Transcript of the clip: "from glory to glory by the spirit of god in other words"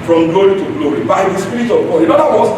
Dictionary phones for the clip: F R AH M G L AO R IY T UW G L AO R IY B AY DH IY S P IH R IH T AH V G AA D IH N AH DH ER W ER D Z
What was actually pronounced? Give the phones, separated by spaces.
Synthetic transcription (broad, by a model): F R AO M G L AO R IY T UW G L AO R IY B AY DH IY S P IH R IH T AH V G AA IH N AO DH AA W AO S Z